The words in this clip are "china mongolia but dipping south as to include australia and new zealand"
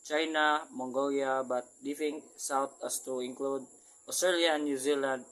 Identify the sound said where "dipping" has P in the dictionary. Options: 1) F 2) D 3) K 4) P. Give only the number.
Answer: 1